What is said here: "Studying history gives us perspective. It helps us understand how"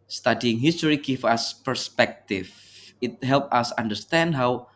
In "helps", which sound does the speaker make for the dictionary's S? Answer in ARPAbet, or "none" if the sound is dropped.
none